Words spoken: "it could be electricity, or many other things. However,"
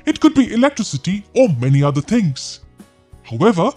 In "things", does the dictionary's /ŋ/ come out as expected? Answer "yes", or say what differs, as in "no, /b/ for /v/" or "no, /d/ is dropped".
yes